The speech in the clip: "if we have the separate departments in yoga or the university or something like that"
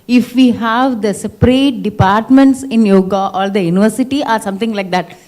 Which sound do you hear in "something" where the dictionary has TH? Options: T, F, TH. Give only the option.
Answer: T